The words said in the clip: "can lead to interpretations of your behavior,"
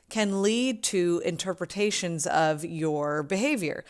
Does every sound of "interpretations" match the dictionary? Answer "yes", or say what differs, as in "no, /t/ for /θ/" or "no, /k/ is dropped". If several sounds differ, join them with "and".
yes